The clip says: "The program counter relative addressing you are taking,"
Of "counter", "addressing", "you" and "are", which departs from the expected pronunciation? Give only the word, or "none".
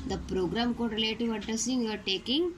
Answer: counter